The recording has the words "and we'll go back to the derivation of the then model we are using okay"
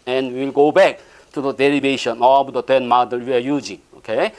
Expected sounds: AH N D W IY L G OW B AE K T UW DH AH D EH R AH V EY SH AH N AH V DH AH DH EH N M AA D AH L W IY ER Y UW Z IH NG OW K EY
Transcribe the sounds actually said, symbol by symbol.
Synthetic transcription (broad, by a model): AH N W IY L G OW B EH K T UW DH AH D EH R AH B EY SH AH N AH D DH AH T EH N M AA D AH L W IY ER Y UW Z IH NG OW K EY